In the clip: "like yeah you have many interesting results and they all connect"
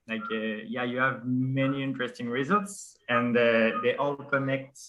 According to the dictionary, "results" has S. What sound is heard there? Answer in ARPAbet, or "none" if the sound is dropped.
S